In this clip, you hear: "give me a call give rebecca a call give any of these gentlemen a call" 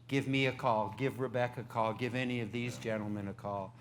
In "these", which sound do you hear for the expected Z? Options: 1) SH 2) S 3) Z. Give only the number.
3